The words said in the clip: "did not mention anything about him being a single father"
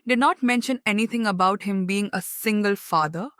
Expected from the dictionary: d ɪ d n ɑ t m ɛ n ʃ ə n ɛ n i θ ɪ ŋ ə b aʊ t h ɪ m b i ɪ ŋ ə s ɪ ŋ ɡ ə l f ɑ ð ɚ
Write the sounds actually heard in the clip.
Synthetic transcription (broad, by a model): d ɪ d n ɑ t m ɛ n ʃ ə n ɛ n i t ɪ ŋ ə b aʊ t h ɪ m b i ɪ ŋ ə s ɪ ŋ ɡ ə l f ɑ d ɚ